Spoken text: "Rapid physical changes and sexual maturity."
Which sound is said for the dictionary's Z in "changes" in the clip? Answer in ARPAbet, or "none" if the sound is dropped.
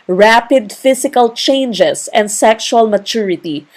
S